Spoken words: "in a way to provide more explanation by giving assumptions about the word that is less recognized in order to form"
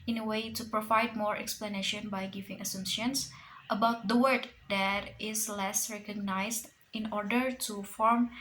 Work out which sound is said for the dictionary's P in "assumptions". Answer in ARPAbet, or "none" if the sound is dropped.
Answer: none